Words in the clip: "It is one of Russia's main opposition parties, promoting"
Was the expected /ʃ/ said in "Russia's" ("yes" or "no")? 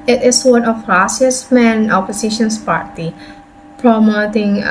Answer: no